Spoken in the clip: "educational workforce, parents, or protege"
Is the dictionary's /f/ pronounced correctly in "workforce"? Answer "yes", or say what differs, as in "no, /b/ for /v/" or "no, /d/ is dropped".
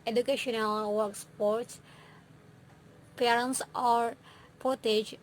no, /p/ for /f/